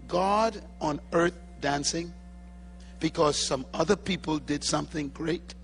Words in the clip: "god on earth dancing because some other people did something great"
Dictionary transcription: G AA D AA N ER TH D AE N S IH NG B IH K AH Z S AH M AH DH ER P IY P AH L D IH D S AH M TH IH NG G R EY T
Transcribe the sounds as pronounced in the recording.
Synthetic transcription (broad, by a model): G AA D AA N ER TH D AE N S IH NG B IH K AH Z S AH M AH DH ER P IY P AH L D IH D S AH M TH IH NG G R EY T